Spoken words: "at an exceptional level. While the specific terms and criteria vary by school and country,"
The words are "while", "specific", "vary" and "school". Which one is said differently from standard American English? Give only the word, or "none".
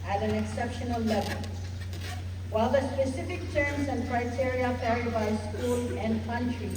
vary